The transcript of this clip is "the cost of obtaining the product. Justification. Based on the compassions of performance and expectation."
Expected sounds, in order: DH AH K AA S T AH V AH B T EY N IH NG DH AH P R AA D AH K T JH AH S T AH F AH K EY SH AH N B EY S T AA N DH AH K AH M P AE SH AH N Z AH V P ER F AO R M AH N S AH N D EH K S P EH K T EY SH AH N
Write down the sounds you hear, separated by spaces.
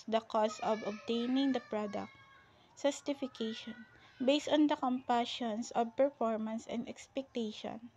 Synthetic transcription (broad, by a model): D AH K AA S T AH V AH B T EY N IH NG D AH P R AA D AH K T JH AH S T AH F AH K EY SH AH N B EY S T AA N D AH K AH M P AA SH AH N S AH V P ER F AO R M AH N S AH N D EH K S P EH K T EY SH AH N